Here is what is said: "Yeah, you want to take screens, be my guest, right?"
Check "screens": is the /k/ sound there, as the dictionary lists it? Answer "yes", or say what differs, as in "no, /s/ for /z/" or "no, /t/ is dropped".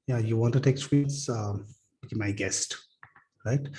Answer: no, /k/ is dropped